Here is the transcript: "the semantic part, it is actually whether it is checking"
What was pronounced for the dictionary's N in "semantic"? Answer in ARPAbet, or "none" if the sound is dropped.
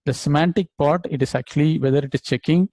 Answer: N